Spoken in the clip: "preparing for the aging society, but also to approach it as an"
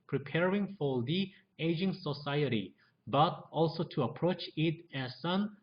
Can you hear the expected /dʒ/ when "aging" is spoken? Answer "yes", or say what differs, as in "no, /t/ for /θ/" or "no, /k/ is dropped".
yes